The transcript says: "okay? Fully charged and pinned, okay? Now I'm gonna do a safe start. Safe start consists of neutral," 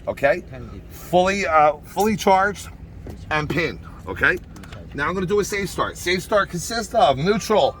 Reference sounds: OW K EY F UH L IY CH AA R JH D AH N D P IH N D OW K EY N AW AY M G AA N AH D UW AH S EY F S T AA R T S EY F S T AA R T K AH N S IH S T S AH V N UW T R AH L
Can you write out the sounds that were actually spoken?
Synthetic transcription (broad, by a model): OW K EY F UH L IY CH AA R JH D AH N P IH N OW K EY N AW AY M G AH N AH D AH AH S EY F S T AA R T S EY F S T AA R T K AH N S IH S T S AH V N UW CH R L